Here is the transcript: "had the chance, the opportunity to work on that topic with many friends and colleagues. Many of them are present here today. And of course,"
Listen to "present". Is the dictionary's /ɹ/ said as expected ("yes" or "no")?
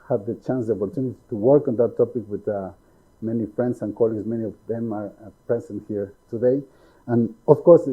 no